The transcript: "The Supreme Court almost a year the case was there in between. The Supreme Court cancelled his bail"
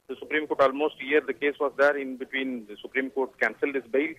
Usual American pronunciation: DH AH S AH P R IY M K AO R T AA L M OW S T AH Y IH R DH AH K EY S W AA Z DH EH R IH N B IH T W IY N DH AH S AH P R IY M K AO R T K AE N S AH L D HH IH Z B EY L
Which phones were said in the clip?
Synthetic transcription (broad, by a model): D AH S AH P R IY M K AO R T AA L M OW S T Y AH R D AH K EY S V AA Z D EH R IH N B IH T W IY N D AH S AH P R IY M K AO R T K AE N S AH L D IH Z B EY L